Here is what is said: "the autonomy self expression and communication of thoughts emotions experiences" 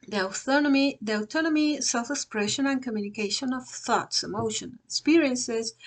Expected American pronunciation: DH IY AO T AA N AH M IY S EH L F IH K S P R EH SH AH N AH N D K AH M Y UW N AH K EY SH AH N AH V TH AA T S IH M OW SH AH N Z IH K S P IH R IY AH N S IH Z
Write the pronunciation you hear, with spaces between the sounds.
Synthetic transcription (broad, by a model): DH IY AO T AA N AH M IY S EH L F IH K S P R EH SH AH N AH N K AH M Y UW N AH K EY SH AH N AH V TH AA T S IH M OW SH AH N IH K S P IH R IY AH N S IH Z